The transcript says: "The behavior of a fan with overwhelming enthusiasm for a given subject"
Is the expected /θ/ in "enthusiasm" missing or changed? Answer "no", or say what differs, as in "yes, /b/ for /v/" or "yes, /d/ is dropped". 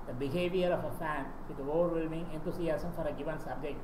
yes, /t/ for /θ/